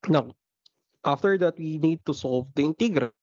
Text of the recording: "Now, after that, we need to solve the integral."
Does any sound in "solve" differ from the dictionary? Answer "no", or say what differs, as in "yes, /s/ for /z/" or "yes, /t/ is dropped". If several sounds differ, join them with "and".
no